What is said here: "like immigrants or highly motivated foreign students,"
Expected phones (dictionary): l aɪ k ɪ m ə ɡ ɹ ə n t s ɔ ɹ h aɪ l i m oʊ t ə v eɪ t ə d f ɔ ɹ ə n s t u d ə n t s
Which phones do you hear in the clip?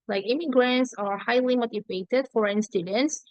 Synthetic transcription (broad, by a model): l aɪ k ɪ m ə ɡ ɹ ə n t s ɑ ɹ h aɪ l i m oʊ t ə v eɪ t ə d f ɔ ɹ ə n s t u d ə n t s